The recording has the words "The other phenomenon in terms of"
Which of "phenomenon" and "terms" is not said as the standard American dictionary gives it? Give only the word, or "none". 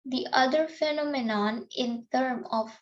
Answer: terms